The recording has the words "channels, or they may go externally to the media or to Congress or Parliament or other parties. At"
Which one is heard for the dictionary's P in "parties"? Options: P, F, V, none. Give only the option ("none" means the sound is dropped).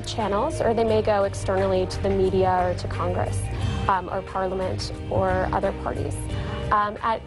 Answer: P